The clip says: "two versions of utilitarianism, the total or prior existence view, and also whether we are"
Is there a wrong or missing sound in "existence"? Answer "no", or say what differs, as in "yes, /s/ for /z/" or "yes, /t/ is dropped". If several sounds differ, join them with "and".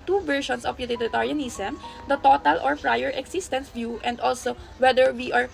yes, /s/ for /z/